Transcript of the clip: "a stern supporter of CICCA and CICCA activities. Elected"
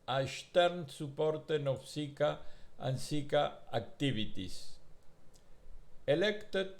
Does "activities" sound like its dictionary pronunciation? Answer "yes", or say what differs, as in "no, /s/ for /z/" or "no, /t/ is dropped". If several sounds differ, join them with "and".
no, /b/ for /v/ and /s/ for /z/